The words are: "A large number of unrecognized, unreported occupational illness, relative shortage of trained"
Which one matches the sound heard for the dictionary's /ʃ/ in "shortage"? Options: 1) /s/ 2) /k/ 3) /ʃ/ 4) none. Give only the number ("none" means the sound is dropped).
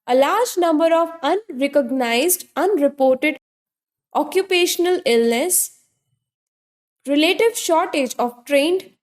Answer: 3